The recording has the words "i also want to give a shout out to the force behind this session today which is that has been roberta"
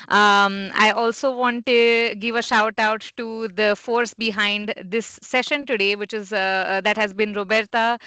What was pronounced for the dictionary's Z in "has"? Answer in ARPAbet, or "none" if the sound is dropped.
Z